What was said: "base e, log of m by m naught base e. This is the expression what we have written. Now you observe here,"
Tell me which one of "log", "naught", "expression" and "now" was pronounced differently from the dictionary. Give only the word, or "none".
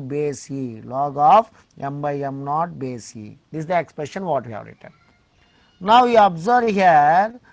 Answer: none